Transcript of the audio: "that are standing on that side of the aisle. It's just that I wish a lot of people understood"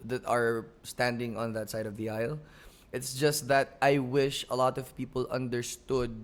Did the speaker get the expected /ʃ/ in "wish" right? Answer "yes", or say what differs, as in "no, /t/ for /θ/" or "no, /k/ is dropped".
yes